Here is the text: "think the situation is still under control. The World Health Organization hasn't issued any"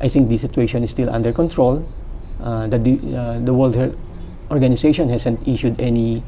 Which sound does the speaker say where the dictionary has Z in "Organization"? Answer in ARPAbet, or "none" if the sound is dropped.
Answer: S